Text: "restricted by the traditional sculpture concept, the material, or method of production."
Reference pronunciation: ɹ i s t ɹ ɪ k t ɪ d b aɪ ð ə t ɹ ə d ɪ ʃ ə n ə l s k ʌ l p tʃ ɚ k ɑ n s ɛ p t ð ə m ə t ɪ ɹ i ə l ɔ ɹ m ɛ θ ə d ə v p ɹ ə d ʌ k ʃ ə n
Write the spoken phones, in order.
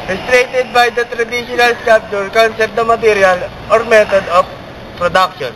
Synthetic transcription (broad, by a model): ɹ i s t ɹ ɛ t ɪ d b aɪ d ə t ɹ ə d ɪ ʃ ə n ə l s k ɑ p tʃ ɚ k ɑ n s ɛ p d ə m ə t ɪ ɹ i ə l ɔ ɹ m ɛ t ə d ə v p ɹ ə d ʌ k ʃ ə n